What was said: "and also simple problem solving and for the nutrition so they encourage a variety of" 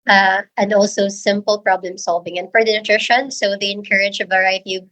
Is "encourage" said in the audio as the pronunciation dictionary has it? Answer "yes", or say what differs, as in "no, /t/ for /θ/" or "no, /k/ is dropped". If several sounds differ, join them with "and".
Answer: yes